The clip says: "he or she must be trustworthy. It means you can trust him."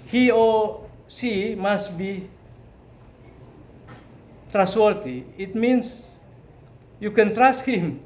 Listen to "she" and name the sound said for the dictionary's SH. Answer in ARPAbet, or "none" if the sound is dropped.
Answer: S